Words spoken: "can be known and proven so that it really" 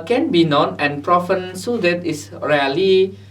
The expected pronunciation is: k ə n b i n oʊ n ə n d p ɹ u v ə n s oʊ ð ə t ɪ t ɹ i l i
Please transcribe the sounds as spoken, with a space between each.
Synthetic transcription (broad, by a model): k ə n b i n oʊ n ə n p ɹ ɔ f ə n s oʊ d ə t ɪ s ɹ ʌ l i